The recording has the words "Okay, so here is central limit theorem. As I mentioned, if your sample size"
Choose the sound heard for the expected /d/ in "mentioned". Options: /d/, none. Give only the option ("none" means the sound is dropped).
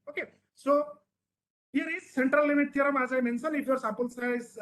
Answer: none